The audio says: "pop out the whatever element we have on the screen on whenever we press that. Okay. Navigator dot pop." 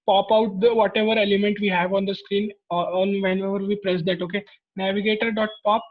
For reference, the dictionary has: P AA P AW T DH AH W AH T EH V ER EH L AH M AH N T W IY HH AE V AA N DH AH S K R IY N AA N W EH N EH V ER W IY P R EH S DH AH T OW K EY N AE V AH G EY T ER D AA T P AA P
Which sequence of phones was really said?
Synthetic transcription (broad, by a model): P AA P AW T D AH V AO T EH V ER EH L AH M AH N T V IY HH AE V AA N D AH S K R IY N AA N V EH N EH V ER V IY P R EH S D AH T OW K EY N AE V AH G EY T ER D AA T P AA P